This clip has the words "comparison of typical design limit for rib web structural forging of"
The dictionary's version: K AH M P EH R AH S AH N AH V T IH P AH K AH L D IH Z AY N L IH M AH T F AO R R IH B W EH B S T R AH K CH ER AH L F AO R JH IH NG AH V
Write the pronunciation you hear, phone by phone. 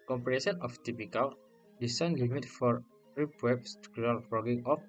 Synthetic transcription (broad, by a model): K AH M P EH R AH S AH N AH F T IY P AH K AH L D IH S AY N L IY M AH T F AO R R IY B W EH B S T UW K ER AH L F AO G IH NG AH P